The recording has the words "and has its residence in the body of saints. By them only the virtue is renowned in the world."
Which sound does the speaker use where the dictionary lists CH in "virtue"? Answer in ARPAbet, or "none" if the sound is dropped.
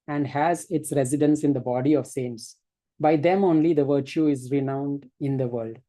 CH